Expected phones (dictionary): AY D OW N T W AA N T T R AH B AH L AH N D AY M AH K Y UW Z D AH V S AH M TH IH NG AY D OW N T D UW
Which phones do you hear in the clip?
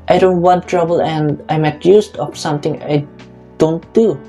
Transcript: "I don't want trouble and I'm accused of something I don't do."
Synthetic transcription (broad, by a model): AY D OW N T W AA N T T R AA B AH L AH N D AY M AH K Y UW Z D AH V S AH M T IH NG AY D OW N T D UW